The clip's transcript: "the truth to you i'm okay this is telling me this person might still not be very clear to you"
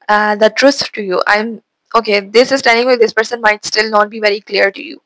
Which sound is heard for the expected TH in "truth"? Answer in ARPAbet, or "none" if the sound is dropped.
S